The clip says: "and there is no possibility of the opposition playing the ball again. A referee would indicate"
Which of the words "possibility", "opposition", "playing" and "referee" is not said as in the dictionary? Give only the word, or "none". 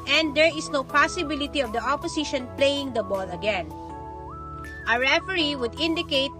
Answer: opposition